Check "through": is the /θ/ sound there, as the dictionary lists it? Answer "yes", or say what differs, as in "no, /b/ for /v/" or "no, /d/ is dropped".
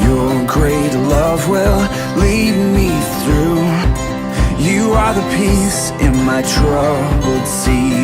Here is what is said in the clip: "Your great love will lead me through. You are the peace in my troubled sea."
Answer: yes